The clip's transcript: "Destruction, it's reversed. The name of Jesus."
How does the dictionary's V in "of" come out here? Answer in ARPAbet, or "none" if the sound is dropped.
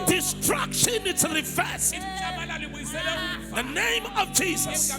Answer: V